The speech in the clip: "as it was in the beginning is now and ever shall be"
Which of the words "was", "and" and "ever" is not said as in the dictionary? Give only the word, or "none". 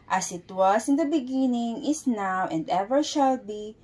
was